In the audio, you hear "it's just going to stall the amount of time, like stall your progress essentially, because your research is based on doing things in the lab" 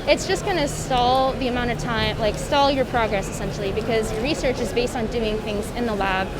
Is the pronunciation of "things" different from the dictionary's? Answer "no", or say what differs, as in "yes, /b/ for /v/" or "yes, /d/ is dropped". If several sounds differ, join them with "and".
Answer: no